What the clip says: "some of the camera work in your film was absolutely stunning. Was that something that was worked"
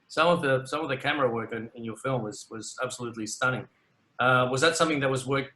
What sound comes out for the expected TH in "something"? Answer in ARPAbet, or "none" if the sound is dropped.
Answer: TH